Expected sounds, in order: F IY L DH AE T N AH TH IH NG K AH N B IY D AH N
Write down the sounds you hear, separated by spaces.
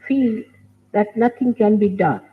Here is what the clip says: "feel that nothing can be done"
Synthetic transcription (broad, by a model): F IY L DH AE T N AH T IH NG K AH N B IY D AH N